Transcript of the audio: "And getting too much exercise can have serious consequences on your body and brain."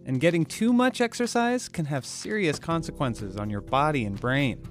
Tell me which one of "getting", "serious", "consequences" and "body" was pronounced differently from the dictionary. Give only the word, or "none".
none